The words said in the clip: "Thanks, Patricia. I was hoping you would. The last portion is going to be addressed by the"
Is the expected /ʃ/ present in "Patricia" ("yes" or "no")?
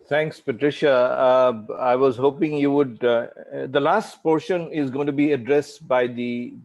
yes